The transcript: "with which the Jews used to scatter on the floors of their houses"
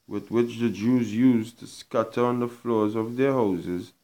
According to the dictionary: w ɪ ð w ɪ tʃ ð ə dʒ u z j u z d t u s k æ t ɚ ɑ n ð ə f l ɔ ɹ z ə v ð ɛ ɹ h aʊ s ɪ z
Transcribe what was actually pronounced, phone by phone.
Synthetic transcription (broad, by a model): w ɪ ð w ɪ tʃ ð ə dʒ u z j u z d t u s k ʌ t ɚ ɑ n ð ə f l ɔ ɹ z ə v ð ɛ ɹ h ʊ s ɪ z